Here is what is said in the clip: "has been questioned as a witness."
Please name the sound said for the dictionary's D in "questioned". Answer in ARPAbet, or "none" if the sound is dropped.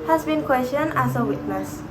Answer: none